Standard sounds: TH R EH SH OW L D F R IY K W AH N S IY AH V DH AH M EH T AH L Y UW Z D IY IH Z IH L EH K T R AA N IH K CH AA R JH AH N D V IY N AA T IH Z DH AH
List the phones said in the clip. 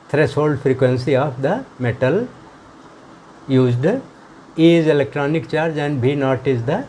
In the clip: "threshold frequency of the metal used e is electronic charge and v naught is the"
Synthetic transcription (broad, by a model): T R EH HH OW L D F R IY K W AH N S IY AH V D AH M EH T AH L Y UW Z D IY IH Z IH L EH K T R AA N IH K CH AA R JH AH N D B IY N AA T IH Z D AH